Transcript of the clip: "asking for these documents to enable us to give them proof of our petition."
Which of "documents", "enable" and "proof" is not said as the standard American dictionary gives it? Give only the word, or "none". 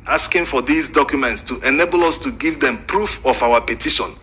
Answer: none